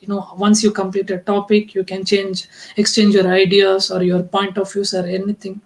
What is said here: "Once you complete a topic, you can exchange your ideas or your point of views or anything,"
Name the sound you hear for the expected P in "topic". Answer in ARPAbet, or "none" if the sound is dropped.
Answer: P